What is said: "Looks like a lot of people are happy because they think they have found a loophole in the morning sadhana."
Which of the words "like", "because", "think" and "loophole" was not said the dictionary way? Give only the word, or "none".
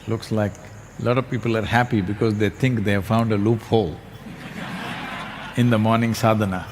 think